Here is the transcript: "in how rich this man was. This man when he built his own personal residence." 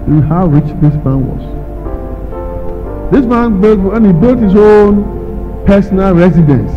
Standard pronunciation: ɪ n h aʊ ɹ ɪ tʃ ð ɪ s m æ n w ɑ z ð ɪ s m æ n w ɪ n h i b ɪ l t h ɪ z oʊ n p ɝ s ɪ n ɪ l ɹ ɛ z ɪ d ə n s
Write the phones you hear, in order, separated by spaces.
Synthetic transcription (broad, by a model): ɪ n h aʊ ɹ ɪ tʃ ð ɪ s m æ n w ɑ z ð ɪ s m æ n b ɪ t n i b ɪ l t h ɪ z oʊ n p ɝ s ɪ n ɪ l ɹ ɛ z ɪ d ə n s